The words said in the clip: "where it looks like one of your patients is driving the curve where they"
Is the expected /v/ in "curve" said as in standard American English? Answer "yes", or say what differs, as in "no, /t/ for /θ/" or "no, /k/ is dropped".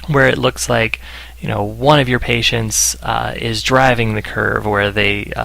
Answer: yes